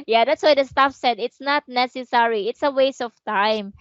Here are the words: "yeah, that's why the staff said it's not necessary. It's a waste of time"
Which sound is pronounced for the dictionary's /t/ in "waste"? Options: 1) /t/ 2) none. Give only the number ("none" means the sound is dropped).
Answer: 2